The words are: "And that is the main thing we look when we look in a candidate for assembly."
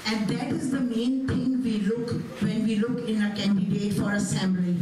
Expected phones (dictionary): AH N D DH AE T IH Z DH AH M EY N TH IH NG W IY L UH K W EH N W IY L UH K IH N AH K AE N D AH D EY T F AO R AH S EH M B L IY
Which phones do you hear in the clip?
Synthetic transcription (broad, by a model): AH N D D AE T IH Z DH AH M EY N T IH NG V IY L UH K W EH N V IY L UH K IH N AH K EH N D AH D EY F AO R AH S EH M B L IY